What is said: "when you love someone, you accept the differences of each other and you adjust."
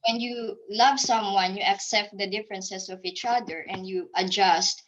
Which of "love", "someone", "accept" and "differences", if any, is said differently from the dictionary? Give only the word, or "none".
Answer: differences